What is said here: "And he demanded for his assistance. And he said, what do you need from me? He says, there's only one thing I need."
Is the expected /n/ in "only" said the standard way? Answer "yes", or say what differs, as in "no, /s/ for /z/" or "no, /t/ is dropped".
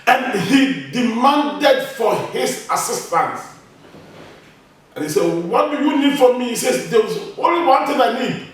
no, /n/ is dropped